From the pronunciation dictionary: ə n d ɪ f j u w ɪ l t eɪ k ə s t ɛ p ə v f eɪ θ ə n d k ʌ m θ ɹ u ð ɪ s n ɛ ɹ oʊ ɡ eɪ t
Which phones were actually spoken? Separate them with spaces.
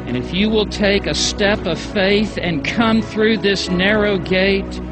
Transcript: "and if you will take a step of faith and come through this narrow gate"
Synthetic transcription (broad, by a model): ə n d ɪ f j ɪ w ɪ l t eɪ k ə s t ɛ p ə v f eɪ θ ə n k ʌ m θ ɹ u ð ɪ s n ɛ ɹ oʊ ɡ eɪ t